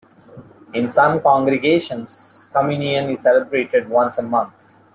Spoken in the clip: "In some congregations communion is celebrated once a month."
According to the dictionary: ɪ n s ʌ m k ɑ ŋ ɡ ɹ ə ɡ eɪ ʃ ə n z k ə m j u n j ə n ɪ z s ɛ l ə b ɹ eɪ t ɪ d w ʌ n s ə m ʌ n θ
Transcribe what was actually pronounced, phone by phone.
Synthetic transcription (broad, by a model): ɪ n s ʌ m k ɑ ŋ ɡ ɹ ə ɡ eɪ ʃ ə n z k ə m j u n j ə n ɪ z s ɛ l ə b ɹ eɪ t ɪ d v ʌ n s ə m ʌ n t